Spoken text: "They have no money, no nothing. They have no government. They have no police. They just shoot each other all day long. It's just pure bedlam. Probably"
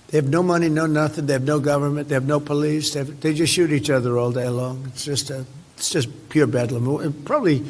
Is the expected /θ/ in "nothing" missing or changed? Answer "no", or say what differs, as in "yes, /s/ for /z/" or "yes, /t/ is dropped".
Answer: no